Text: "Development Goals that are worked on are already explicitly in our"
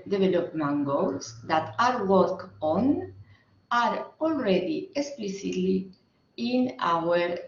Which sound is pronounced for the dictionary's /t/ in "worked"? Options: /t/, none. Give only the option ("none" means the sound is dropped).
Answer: none